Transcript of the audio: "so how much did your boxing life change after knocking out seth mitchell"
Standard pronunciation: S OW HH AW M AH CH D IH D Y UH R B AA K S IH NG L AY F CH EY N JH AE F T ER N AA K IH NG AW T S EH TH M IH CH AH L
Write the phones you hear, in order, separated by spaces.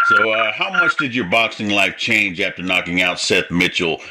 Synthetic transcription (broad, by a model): S OW HH AW M AH CH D IH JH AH R B AA K S IH NG L AY F CH EY N JH AE F T ER N AA K IH NG AW T S EH TH M IH CH L